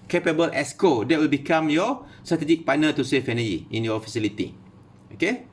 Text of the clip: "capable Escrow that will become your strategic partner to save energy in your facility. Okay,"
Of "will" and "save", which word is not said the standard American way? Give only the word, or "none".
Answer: save